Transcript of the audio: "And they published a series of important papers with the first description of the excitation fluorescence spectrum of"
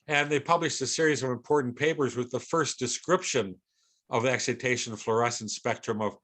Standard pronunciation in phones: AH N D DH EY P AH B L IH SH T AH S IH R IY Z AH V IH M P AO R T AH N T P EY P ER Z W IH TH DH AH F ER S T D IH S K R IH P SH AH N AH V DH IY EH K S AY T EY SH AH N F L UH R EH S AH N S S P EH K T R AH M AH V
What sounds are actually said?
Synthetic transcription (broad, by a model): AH N DH EY P AH B L IH SH T AH S IH R IY Z AH V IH M P AO R T N P EY P ER Z W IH DH AH F ER S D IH S K R IH P SH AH N AH V DH IY EH K S AY T EY SH AH N F L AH R EH S N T S P EH K T R AH M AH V